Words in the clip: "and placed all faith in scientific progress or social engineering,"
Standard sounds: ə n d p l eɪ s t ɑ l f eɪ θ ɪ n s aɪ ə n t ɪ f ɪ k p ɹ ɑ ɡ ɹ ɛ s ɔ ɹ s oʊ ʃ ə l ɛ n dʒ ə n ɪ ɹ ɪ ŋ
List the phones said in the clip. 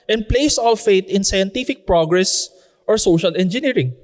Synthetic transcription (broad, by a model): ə n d p l eɪ s ɑ l f eɪ t ɪ n s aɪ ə n t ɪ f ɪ k p ɹ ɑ ɡ ɹ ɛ s ɔ ɹ s oʊ ʃ ə l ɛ n dʒ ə n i ɹ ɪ ŋ